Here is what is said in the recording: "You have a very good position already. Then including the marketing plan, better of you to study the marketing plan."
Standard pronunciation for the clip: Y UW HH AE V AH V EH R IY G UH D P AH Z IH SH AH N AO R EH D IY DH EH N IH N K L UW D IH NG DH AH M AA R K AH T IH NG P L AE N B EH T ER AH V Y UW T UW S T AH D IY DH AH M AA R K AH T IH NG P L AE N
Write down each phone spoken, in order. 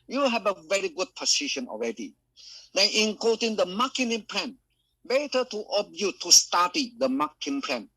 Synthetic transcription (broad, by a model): Y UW HH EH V AH V EH R IY G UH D P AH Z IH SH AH N AO R EH D IY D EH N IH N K AO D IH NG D AH M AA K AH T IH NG P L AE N B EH T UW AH B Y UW T UW S T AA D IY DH AH M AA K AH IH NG P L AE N